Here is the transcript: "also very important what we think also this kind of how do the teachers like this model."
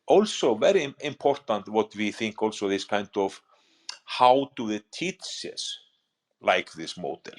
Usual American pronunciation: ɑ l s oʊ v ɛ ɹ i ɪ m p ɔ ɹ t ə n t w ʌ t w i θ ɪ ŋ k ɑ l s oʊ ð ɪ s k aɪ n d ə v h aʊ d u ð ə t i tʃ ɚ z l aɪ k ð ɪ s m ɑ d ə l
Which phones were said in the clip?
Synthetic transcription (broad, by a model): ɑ l s oʊ v ɛ ɹ i ɪ m p ɔ ɹ t ə n t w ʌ t w i θ ɪ ŋ k ɑ l s oʊ ð ɪ s k aɪ n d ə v h aʊ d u ð ə t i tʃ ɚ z l aɪ k ð ɪ s m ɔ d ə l